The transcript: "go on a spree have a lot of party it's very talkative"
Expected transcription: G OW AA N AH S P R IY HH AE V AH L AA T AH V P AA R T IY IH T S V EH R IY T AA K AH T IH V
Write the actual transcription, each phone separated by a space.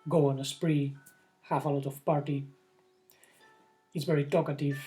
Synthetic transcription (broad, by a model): G OW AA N AH S P R IY HH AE F AH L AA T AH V P AA R T IY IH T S V EH R IY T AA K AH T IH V